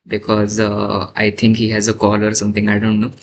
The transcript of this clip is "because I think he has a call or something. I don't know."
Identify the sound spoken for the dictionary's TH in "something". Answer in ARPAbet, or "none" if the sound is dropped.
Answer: T